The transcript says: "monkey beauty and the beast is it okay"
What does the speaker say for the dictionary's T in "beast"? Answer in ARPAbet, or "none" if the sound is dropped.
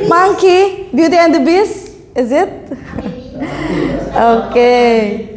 none